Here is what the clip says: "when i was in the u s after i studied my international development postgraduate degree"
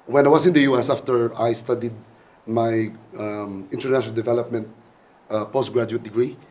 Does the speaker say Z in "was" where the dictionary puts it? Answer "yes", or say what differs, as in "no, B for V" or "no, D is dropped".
no, S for Z